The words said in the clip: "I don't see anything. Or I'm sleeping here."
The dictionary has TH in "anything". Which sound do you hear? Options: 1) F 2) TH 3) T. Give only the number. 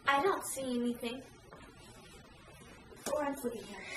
2